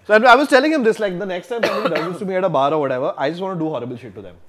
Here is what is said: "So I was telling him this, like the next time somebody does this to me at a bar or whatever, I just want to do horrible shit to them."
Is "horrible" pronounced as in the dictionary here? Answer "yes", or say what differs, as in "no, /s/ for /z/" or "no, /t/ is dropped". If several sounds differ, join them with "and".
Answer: yes